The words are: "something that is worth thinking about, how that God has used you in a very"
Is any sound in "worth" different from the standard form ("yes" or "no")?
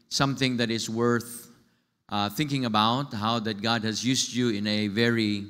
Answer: no